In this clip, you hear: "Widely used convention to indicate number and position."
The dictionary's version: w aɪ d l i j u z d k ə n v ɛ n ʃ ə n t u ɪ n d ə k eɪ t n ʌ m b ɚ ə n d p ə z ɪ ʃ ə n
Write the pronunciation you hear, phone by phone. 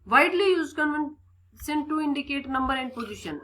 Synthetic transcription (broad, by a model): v aɪ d l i j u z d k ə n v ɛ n s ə n t u ɪ n d ə k eɪ t n ʌ m b ɚ ə n d p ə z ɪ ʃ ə n